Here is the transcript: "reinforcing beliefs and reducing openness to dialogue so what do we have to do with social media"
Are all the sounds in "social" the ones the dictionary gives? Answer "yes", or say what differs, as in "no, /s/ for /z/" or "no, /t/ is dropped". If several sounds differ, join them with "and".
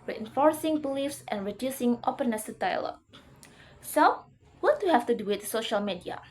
yes